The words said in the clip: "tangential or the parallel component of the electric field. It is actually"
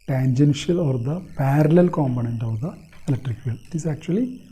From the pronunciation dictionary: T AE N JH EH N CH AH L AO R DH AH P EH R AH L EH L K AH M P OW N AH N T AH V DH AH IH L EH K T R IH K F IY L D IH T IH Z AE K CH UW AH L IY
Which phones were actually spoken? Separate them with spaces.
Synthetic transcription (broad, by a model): T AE N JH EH N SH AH L AO R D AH P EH R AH L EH L K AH M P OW N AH N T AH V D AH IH L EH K T R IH K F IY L IH T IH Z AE K CH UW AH L IY